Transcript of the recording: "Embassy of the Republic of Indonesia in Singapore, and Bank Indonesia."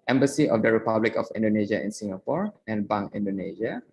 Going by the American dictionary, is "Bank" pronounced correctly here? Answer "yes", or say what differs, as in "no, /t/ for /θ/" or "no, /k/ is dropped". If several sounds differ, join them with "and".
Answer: no, /k/ is dropped